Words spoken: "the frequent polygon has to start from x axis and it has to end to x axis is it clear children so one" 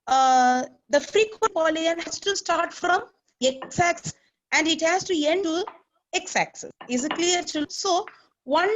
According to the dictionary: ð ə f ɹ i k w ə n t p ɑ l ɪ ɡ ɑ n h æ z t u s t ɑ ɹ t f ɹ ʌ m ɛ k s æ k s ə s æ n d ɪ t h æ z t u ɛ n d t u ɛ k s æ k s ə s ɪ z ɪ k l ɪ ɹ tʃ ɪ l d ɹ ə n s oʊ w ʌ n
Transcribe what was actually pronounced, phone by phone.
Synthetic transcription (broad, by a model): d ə f ɹ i k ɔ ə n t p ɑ l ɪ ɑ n h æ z t u s t ɑ ɹ t f ɹ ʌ m ɛ k s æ k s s æ n d ɪ t h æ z t u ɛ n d t u ɛ k s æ k s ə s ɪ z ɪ k l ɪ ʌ d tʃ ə l s oʊ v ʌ n